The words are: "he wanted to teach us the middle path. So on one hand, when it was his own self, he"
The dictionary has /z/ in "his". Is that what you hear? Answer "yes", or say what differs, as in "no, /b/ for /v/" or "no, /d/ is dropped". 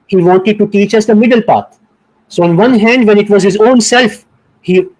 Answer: yes